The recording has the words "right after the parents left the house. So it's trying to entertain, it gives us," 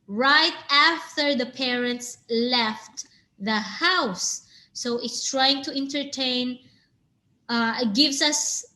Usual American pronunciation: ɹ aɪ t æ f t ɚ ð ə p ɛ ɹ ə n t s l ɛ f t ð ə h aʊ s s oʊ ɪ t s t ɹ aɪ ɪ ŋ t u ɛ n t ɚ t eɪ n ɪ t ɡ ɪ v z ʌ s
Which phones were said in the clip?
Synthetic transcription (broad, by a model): ɹ aɪ t æ f t ɚ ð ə p ɛ ɹ ə n t s l ɛ f t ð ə h aʊ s s oʊ ɪ t s t ɹ aɪ ɪ ŋ t u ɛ n t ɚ t eɪ n ɪ t ɡ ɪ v s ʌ s